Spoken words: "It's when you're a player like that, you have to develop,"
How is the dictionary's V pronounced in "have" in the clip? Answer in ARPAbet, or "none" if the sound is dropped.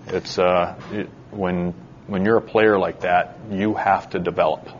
F